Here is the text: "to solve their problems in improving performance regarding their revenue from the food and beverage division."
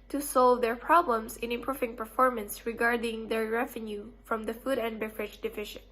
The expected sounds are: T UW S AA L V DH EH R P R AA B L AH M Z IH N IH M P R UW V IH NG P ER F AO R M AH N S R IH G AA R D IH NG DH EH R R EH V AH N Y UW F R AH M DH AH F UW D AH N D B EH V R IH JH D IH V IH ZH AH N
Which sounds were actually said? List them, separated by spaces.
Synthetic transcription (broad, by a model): T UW S AA L V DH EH R P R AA B L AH M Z IH N IH M P R UW V IH NG P ER F AO R M AH N S R IH G AA R D IH NG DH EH R R EH V AH N Y UW F R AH M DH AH F UW D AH N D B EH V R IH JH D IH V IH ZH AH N